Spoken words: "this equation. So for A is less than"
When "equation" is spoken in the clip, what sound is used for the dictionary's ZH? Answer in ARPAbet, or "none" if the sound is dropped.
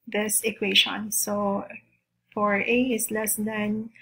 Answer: SH